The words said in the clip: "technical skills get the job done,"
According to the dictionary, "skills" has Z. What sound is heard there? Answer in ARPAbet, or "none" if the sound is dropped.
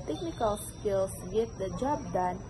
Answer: S